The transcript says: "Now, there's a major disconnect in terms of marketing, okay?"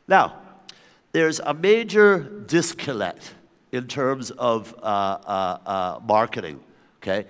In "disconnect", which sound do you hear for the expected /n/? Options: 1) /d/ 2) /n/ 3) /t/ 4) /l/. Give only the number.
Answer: 4